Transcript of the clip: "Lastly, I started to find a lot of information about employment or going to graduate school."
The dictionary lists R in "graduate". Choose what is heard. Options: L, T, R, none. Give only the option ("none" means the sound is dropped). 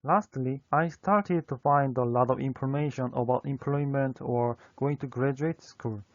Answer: R